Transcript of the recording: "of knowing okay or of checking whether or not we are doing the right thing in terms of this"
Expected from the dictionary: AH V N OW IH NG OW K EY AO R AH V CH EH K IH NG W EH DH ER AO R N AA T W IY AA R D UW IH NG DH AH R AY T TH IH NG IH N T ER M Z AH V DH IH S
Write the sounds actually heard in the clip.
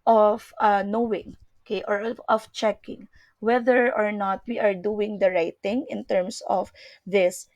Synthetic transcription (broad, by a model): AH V N OW IH NG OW K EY AO R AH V CH EH K IH NG W EH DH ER AO R N AA T W IY AA R D UW IH NG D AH R AY T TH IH NG IH N T ER M S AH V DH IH S